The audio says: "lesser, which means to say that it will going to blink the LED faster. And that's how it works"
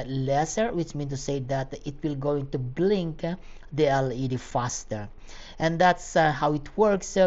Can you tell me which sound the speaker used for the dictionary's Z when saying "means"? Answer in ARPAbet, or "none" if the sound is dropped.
none